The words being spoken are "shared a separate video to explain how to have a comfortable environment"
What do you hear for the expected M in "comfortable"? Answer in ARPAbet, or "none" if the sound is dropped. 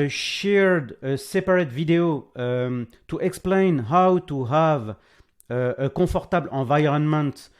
none